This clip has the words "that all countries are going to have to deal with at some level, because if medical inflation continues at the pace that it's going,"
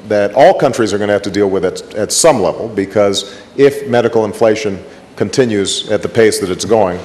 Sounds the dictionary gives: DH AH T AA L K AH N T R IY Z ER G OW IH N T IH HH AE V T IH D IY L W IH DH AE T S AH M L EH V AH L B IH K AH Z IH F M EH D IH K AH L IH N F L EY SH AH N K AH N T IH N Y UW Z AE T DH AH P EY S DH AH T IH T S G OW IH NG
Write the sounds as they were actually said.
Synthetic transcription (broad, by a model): DH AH T AA L K AH N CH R IY Z ER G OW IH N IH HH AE F T IH D IY L W IH DH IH T S AH M L EH V L B IH K AH Z IH F M EH D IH K L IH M F L EY SH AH N K AH N T IH N Y UW Z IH T DH AH P EY S DH AH T IH T S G OW IH NG